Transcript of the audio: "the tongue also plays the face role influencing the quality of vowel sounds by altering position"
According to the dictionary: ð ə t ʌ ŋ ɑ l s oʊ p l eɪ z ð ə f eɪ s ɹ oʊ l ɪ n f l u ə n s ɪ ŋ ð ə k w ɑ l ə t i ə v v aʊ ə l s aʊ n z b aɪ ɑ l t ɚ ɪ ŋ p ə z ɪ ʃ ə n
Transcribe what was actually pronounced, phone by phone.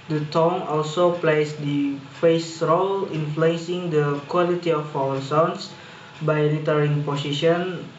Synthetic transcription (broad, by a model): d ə t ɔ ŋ ɑ l s oʊ p l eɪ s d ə f eɪ s ɹ oʊ l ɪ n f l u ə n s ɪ ŋ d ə k w ɑ l ə t i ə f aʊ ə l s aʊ n s b aɪ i t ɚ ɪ ŋ p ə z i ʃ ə n